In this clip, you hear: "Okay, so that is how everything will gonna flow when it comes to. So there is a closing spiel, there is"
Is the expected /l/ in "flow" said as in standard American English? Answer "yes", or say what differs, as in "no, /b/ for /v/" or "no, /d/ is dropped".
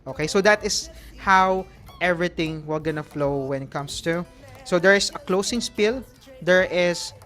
yes